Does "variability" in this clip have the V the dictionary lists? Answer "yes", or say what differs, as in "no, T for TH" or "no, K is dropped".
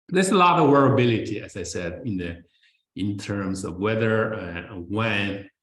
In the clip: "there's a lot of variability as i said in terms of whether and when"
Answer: no, W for V